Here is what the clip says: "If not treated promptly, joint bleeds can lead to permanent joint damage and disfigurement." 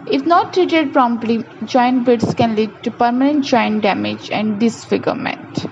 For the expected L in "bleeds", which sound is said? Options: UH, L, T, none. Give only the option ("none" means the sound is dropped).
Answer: none